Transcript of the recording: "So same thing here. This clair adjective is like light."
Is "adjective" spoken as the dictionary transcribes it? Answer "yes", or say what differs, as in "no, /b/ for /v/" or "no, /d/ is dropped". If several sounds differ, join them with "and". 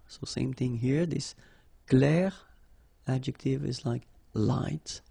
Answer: yes